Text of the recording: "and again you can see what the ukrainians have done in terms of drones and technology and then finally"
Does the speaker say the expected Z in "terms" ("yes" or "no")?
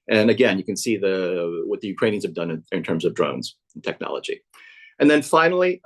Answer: yes